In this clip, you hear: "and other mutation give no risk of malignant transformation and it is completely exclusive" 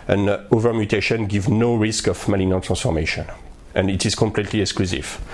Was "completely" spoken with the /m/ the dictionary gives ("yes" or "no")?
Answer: yes